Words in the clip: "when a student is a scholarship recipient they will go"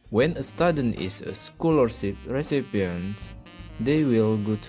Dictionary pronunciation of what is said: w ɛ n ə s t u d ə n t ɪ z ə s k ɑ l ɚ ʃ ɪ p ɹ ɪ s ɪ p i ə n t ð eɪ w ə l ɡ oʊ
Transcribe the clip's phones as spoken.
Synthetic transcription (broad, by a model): w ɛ n ə s t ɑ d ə n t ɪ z ə s k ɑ l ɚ s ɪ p ɹ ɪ s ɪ p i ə n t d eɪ w ə l ɡ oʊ